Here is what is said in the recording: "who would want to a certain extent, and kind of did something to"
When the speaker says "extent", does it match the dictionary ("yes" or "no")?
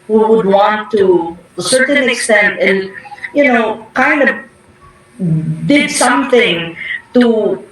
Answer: yes